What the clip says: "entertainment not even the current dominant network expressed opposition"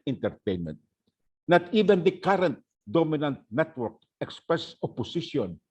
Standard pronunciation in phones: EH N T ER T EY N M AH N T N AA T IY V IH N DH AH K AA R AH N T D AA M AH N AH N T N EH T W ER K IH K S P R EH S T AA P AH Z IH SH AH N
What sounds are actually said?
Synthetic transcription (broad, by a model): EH N T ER T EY N M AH N T N AA T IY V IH N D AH K AA R AH N T D AA M AH N AH N T N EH T W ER K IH K S P R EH S AA P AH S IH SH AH N